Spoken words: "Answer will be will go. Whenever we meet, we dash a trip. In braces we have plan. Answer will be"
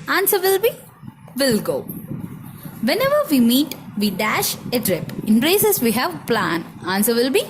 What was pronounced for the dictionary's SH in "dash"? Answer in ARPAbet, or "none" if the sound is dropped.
SH